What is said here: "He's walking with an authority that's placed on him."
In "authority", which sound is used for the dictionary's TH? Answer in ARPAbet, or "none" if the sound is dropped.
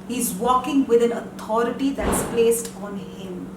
T